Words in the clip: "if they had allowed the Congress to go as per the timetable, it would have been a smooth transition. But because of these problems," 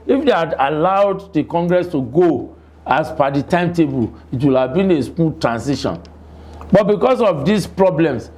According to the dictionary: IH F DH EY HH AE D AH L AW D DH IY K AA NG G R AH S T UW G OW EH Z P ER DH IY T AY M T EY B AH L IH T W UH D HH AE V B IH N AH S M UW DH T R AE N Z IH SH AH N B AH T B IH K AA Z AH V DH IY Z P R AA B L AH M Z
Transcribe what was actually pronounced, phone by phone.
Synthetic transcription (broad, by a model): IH F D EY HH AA D AH L AW D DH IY K AA NG G R AH S T UW G OW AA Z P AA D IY T AY M T EY B AH L IH T W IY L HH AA V B IH N AH S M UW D T R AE N S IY SH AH N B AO T B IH K AA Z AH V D IY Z P R AA B L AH M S